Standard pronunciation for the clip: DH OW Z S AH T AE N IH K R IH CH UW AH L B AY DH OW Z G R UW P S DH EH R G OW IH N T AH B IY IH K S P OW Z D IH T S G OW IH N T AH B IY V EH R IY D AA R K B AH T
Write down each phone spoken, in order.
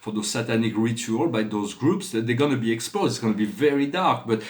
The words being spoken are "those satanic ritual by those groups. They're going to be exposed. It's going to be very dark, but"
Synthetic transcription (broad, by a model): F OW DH S AH T AE N IH K R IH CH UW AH L B AY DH OW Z G R UW P S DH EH G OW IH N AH B IY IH K S P OW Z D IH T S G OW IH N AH B IY V EH R IY D AA R K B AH T